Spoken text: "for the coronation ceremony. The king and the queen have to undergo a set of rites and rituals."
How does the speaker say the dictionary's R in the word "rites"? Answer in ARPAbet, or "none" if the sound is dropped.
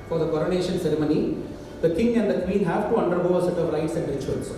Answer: L